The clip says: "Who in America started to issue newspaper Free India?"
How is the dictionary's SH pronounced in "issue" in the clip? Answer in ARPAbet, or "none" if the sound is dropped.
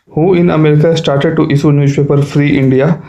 S